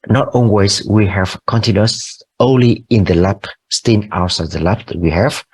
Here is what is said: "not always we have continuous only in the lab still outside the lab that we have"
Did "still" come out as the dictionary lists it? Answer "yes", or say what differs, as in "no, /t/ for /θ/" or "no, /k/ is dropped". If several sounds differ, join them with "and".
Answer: no, /n/ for /l/